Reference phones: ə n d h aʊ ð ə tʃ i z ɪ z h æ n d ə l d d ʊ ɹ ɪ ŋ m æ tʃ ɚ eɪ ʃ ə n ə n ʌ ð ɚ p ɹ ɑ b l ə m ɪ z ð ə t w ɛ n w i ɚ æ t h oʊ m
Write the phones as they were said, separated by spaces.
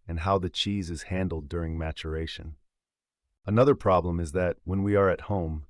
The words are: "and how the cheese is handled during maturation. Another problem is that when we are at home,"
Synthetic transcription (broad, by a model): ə n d h aʊ ð ə tʃ i z ɪ z h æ n d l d d ʊ ɹ ɪ ŋ m æ tʃ ɚ eɪ ʃ ə n ə n ʌ ð ɚ p ɹ ɑ b l ə m ɪ z ð ə t w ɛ n w i ɚ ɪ t h oʊ m